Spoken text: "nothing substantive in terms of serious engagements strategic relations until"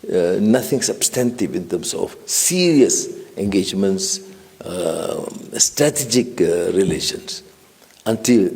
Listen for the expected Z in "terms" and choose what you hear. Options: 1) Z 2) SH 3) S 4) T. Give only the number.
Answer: 3